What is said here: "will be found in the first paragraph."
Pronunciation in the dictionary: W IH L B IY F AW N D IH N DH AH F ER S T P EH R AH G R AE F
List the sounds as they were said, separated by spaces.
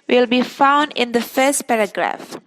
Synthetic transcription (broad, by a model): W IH L B IY F AW N D IH N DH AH F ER S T P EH R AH G R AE F